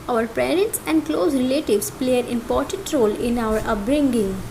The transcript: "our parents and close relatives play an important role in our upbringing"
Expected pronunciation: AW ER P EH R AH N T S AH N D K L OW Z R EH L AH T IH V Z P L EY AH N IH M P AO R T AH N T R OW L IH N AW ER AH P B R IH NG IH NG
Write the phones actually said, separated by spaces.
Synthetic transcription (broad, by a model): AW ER P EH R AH N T S AH N D K L OW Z R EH L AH T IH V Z P L EY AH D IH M P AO R T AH N T R OW L IH N AW ER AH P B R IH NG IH NG